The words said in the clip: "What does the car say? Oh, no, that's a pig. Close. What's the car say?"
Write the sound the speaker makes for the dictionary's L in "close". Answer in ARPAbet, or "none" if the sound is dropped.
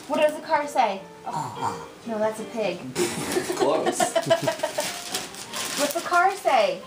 none